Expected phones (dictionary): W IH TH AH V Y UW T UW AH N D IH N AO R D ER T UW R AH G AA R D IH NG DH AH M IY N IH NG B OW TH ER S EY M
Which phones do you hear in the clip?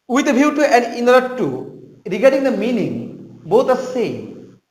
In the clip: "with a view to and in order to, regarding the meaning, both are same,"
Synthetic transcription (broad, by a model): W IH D AH B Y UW T UW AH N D IH N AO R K T UW R AH G AA R D IH NG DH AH M IY N IH NG B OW T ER S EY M